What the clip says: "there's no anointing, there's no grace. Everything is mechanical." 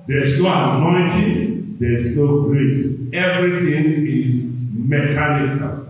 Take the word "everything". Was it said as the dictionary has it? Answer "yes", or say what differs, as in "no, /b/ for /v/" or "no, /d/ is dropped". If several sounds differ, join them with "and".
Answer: no, /t/ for /θ/